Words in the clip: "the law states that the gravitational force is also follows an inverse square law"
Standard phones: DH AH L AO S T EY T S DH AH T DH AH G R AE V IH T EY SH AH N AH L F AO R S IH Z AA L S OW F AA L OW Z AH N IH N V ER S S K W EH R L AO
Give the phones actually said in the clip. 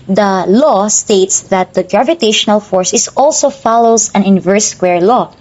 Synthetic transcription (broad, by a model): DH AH L AO S T EY T S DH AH T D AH G R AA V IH T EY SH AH N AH L F AO R S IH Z AA L S OW F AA L OW S AH N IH N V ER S S K W EH R L AO